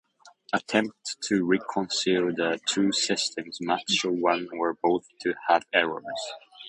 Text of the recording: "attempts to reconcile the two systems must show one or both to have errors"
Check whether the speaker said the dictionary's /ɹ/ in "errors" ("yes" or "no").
yes